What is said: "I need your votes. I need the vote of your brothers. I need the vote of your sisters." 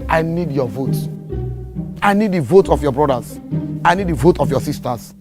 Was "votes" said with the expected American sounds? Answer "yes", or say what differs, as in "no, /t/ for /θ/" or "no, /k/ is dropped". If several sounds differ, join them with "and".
no, /s/ is dropped